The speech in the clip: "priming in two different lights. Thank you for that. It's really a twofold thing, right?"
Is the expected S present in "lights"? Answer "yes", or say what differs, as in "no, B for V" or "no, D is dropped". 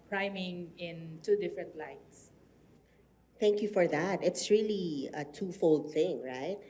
yes